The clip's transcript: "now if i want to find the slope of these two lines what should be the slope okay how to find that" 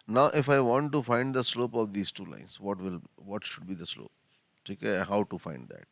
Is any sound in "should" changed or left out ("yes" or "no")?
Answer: no